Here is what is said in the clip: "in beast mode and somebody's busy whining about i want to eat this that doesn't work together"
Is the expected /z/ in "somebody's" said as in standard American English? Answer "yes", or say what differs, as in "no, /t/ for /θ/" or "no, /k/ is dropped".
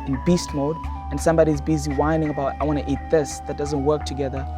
yes